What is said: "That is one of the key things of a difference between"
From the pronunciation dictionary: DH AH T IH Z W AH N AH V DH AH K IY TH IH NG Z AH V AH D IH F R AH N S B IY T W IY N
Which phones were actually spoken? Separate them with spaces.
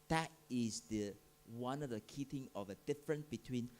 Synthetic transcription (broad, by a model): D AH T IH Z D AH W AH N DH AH K IY T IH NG AH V AH D IH F R AH N S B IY T W IY N